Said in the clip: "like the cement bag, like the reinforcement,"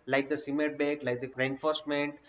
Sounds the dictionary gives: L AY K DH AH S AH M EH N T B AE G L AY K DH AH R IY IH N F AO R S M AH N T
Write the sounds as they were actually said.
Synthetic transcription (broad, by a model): L AY K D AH S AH M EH T B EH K L AY K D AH R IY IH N F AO R S M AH N T